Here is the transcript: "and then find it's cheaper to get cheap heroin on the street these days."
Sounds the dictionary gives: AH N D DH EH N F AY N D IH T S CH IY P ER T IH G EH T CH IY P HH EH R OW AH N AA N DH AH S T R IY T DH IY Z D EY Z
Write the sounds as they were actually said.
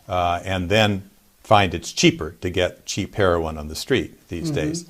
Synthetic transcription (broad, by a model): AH N DH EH N F AY N D IH T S CH IY P ER T IH G EH T CH IY P HH EH R OW AH N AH N DH AH S T R IY T DH IY Z D EY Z